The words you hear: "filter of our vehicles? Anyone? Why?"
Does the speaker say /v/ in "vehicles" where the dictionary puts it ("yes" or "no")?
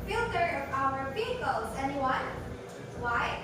no